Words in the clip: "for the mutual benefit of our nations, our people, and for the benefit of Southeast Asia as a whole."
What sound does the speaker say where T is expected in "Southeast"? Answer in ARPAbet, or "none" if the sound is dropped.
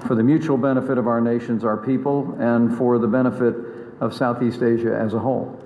T